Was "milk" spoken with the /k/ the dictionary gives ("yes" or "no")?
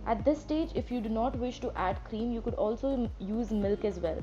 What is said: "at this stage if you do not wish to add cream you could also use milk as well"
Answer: yes